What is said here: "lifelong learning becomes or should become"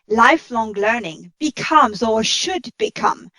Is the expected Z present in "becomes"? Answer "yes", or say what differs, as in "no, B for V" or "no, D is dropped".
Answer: yes